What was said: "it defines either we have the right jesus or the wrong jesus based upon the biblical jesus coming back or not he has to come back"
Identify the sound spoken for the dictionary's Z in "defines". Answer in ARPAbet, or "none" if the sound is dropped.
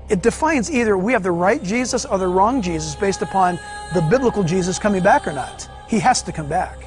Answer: Z